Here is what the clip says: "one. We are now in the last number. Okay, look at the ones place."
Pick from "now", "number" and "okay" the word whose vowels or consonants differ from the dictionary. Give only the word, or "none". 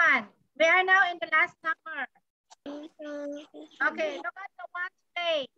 number